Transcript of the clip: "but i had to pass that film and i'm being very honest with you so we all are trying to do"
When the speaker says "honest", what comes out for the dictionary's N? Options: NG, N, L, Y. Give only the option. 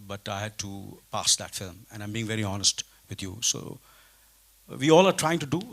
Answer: N